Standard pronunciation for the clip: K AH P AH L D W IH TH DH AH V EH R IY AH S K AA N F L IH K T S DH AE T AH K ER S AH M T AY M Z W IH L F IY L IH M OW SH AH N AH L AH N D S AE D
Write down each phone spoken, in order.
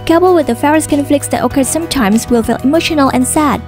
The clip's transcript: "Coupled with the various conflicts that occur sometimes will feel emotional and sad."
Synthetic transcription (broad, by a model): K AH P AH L W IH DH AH F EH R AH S K AA N F L IH K T S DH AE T AH K ER S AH M T AY M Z W IH L F IY L IH M OW SH AH N AH L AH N S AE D